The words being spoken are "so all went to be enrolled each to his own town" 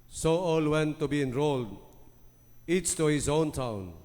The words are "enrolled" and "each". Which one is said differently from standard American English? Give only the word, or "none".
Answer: each